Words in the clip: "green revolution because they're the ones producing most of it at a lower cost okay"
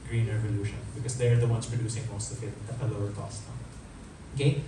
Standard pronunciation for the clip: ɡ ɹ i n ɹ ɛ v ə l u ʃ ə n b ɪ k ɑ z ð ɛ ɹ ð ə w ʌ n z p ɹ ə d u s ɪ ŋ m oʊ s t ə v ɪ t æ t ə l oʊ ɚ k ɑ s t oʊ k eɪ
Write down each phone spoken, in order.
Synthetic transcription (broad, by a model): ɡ ɹ i n ɹ ɛ v ə l u ʃ ə n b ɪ k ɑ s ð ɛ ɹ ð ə w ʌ n s p ɹ ə d u s ɪ ŋ m oʊ s t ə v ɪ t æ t ə l oʊ ɚ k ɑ s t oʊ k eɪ